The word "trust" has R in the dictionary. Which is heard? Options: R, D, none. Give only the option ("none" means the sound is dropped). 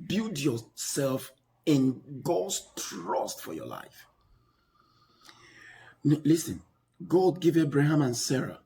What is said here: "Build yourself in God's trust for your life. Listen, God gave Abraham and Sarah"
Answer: R